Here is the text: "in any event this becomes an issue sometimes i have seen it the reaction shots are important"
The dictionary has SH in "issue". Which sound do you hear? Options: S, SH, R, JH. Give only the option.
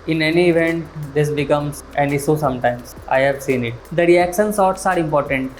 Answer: S